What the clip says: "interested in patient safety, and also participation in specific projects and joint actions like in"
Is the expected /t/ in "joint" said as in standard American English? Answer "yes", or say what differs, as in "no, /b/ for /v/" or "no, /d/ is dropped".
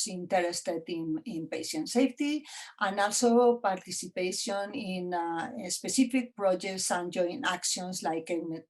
no, /t/ is dropped